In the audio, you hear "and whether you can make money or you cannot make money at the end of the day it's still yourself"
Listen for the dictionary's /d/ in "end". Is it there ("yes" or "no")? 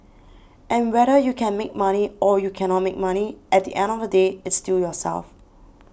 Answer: yes